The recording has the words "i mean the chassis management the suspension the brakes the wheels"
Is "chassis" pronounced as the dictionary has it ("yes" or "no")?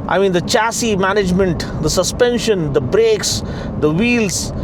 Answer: yes